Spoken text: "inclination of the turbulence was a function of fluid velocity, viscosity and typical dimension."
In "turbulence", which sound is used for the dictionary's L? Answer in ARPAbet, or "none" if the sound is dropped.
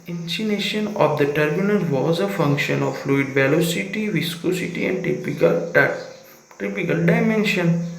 N